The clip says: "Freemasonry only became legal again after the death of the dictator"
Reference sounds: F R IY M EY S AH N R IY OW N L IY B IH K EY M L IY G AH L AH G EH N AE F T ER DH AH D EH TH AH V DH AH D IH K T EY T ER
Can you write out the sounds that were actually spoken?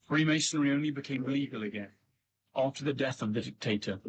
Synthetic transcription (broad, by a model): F R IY M EY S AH N R IY OW N L IY B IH K EY M L IY G AH L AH G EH N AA F T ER DH AH D EH TH AH V DH AH D IH K T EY T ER